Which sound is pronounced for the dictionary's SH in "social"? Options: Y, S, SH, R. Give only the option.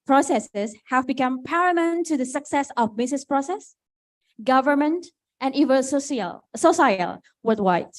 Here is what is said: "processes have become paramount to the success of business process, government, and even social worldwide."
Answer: S